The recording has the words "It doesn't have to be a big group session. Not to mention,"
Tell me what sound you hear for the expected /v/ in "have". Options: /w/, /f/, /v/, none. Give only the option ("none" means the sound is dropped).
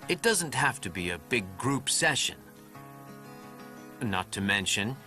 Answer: /f/